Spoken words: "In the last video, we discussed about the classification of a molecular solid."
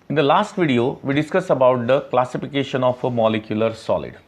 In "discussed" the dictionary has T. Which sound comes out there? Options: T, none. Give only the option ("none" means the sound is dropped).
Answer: none